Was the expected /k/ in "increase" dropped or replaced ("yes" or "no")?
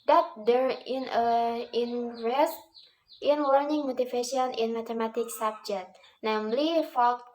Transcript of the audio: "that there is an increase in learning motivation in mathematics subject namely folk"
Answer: yes